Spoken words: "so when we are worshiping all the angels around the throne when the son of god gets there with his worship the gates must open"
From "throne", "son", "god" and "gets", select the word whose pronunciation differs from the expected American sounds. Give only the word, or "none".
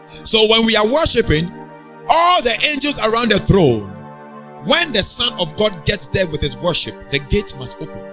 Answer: none